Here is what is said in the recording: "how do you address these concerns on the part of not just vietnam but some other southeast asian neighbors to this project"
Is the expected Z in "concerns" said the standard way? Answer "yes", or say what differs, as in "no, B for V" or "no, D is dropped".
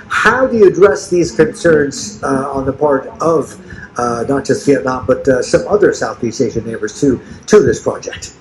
yes